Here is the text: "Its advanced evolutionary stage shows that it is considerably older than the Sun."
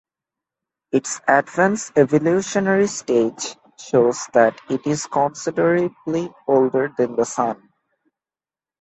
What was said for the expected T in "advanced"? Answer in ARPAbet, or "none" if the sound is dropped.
none